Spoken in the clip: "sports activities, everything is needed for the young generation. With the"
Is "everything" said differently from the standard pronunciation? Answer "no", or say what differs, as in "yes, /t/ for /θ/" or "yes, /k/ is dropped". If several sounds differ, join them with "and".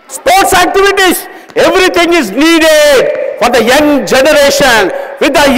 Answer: yes, /t/ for /θ/